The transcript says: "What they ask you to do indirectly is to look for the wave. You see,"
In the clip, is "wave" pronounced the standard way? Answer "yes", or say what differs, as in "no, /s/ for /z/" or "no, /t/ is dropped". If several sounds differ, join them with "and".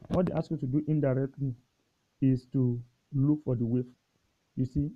no, /f/ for /v/